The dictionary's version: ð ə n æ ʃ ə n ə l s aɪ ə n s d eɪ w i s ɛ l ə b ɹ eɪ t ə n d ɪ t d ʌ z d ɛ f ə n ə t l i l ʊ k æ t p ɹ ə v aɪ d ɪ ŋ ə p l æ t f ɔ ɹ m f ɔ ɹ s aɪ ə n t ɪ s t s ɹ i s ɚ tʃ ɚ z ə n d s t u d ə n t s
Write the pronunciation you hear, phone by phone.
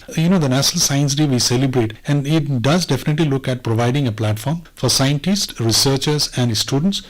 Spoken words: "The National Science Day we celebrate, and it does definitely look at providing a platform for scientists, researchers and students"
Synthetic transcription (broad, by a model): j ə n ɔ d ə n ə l s aɪ ə n s d eɪ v i s ɛ l ə b ɹ eɪ t ə n d ɪ t d ʌ z d ɛ f ə n ə t l i l ʊ k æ t p ɹ ə v aɪ d ɪ ŋ ə p l æ t f ɔ ɹ m f ɔ ɹ s aɪ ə n t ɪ s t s ɹ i s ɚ tʃ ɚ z ə n d s t u d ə n t s